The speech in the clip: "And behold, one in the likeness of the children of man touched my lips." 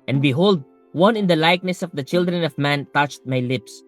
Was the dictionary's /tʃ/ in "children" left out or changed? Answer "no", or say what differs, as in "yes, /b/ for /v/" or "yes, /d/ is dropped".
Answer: no